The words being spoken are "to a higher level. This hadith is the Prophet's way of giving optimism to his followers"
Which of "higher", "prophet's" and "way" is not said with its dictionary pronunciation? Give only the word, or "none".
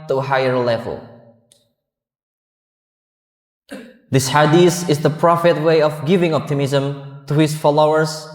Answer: prophet's